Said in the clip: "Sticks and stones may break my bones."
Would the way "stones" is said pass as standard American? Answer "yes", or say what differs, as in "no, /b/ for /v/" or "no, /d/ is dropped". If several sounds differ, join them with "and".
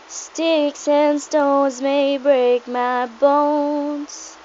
yes